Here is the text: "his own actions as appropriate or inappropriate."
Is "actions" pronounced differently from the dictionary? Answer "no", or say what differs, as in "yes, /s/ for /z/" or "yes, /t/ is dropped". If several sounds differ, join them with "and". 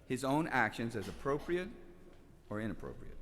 no